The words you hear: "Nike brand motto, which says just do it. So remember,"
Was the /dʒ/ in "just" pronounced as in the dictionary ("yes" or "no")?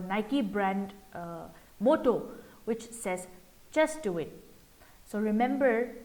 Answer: no